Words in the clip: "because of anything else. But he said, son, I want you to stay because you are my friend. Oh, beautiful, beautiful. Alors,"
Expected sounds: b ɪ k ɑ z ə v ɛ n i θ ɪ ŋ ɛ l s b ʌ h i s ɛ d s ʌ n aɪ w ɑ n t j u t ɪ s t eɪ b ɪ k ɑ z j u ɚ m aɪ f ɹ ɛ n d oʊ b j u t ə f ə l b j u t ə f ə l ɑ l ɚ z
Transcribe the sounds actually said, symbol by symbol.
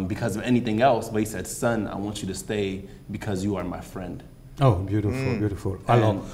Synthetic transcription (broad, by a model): b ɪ k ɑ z ə v ɛ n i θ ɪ ŋ ɛ l s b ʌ h i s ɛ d s ʌ n aɪ w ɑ n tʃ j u t ɪ s t eɪ b ɪ k ɑ z j u ɚ m aɪ f ɹ ɛ n d oʊ b j u t ə f ə l b j u t ə f ə l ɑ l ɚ